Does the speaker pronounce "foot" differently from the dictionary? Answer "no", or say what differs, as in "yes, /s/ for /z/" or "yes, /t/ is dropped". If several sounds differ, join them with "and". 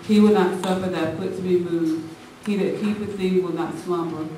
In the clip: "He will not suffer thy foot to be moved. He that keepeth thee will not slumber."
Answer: yes, /p/ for /f/